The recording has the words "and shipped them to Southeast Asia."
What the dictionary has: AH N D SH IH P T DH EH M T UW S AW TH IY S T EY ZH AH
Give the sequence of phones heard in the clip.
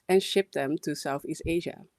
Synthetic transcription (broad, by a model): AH N SH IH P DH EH M T UW S AW TH IY S T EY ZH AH